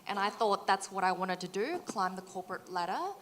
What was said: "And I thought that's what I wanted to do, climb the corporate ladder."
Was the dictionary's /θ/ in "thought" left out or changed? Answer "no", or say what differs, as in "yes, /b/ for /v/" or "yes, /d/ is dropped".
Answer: no